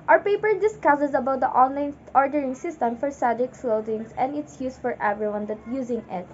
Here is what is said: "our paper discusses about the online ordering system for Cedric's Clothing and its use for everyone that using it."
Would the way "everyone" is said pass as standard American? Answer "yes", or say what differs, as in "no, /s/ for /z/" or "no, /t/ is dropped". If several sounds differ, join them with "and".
yes